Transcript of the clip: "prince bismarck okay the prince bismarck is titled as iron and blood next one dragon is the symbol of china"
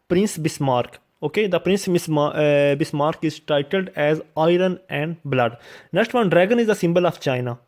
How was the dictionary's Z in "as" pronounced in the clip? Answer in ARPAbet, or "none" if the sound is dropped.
Z